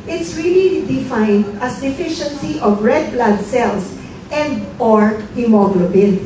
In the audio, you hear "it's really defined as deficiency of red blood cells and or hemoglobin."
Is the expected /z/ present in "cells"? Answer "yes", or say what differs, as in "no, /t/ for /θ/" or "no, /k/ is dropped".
no, /s/ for /z/